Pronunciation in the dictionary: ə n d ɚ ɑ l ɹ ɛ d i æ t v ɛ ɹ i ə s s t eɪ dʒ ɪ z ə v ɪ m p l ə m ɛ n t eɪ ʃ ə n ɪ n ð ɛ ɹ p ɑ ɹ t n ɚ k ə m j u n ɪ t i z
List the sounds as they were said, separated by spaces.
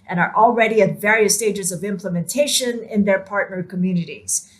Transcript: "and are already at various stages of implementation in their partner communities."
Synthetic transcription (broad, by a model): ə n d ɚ ɑ l ɹ ɛ d i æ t v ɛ ɹ i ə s s t eɪ dʒ ɪ z ə v ɪ m p l ə m ɛ n t eɪ ʃ ə n ɪ n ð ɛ ɹ p ɑ ɹ t n ɚ k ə m j u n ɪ t i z